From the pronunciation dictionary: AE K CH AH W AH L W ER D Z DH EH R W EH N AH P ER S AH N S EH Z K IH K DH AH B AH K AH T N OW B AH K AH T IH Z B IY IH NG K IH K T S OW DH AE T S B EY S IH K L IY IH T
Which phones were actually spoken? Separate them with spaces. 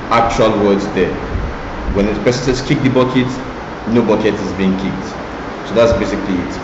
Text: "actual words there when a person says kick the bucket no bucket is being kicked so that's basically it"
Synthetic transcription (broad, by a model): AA K CH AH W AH L W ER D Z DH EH W EH N AH P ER S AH N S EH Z K IH K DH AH B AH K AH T N OW B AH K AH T IH Z B IY IH NG K IH K T S OW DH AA T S B EY S IH K L IY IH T